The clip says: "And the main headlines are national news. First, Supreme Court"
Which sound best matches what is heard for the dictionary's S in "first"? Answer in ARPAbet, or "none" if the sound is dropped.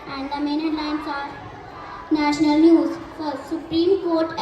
none